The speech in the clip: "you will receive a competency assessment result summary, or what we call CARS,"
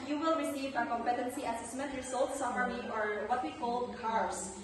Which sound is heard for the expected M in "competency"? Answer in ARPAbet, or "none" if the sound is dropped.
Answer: M